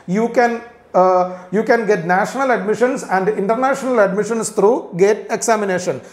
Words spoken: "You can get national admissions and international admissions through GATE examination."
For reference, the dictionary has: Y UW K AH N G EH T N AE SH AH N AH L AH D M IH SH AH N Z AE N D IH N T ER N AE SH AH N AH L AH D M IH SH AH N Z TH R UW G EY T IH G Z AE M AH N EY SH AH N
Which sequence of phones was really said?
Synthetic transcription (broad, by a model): Y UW K AH N G EH T N AE SH AH N AH L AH D M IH SH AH N S AE N D IH N T ER N AE SH AH N AH L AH D M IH SH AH N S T R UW G EY T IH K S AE M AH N EY SH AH N